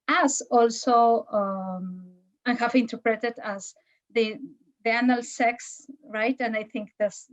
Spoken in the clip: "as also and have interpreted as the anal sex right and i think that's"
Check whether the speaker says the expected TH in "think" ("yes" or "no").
yes